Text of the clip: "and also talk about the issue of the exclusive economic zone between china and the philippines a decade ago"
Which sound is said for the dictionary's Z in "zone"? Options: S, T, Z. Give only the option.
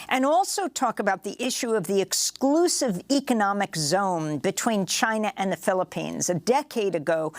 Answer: Z